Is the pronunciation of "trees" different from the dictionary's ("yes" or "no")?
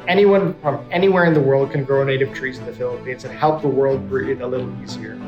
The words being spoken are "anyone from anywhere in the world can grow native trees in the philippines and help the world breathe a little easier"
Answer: no